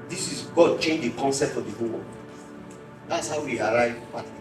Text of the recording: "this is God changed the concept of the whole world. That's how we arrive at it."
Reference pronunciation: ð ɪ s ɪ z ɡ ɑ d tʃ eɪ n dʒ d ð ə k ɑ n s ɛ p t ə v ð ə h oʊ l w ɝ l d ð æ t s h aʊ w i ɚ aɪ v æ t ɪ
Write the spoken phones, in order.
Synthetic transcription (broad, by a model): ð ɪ s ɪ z ɡ ɑ d tʃ eɪ n dʒ d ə k ɑ n s ɛ p t ə v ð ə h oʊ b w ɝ d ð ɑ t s h aʊ w i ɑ aɪ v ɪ